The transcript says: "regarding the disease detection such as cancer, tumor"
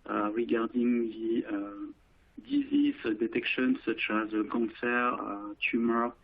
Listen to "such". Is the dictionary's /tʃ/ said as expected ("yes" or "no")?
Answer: yes